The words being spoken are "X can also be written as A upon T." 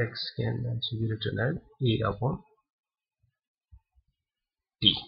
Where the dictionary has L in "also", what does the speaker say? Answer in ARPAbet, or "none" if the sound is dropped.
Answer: N